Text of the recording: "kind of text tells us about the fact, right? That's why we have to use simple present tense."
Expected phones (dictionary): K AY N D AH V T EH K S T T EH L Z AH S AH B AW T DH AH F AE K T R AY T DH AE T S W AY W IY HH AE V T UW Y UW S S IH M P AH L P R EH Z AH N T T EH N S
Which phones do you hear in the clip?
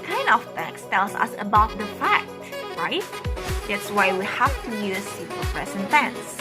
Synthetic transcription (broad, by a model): K AY N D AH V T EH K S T T EH L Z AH S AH B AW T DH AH F AE K T R AY T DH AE T S W AY W IY HH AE F T UW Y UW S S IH P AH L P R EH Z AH N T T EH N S